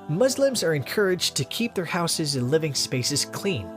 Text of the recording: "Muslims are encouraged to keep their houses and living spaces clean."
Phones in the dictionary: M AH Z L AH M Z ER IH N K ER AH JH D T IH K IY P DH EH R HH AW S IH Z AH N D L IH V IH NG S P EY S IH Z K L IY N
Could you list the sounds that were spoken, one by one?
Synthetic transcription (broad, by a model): M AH Z L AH M Z ER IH N K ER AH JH T IH K IY P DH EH R HH AW S IH Z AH N L IH V IH NG S P EY S IH Z K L IY N